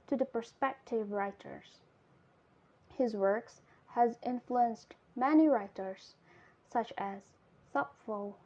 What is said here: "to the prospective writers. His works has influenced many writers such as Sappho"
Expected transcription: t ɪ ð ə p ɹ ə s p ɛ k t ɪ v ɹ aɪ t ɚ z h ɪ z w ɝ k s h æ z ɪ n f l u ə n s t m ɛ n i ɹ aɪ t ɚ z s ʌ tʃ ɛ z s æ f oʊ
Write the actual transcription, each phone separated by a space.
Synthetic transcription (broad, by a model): t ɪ ð ə p ɹ s p ɛ k t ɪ v ɹ aɪ t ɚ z h ɪ z w ɝ k s h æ z ɪ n f l u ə n s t m ɛ n i ɹ aɪ t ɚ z s ʌ tʃ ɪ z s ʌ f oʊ